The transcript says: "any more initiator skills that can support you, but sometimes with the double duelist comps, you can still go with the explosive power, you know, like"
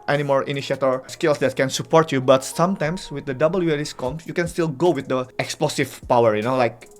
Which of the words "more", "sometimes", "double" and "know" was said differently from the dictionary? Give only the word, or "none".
sometimes